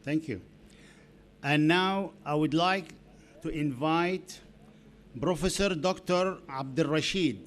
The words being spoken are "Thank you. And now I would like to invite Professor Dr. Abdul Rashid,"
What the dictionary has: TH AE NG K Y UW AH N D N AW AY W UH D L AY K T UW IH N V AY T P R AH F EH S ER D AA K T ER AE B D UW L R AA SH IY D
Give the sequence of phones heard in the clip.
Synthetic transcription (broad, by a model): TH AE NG K Y UW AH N N AW AY W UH D L AY K T UW IH N V AY T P R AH F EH S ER D AA K T ER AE B D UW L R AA SH IY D